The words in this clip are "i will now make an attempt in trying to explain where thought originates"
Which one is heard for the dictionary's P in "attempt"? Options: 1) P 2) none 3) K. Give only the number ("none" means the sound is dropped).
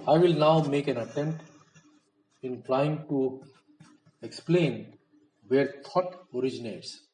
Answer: 2